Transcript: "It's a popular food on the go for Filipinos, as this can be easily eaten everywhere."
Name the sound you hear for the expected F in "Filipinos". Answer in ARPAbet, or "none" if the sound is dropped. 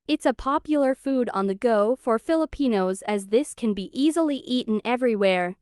F